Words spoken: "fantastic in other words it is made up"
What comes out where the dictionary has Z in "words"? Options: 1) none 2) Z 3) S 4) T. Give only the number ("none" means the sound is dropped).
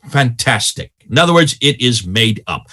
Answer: 2